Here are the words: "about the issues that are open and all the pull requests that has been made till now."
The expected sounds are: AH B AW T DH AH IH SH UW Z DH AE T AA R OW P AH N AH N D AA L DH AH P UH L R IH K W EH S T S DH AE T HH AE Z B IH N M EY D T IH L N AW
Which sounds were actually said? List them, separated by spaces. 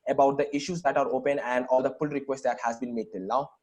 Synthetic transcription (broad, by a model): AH B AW T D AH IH SH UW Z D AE T AA R OW P AH N AH N D AA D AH F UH L R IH K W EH S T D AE T HH AE Z B IH N M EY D T IH L N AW